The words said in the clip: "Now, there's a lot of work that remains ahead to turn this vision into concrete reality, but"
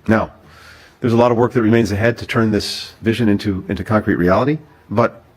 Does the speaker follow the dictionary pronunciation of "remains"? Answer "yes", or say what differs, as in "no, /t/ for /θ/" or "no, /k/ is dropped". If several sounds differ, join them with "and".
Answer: yes